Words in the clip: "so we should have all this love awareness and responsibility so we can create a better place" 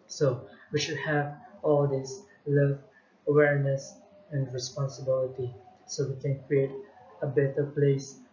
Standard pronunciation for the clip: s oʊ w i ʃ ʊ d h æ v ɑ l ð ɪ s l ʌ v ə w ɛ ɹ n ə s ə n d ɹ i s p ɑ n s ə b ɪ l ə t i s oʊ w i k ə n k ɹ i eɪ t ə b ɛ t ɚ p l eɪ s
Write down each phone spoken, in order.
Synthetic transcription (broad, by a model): s oʊ w i ʃ ʊ d h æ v ɑ l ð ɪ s l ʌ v ə w ɛ ɹ n ə s ə n d ɹ i s p ɑ n s ə b ɪ l ə t i s oʊ w i k ə n k ɹ i eɪ t ə b ɛ t ɚ p l eɪ s